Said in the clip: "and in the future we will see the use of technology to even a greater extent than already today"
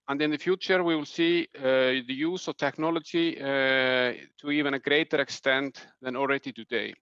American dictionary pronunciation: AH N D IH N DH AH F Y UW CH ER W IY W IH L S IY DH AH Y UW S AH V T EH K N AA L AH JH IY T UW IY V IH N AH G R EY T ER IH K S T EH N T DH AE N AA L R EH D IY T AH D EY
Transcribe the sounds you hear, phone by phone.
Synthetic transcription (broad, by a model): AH N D IH N DH AH F Y UW CH ER W IY W IH L S IY DH AH Y UW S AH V T EH K N AA L AH JH IY T UW IY V IH N AH G R EY T ER IH K S T EH N T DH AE N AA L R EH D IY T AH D EY